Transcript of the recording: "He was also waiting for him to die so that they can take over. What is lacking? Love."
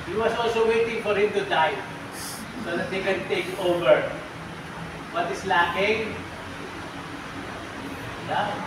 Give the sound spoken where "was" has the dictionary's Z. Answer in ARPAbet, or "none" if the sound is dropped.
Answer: S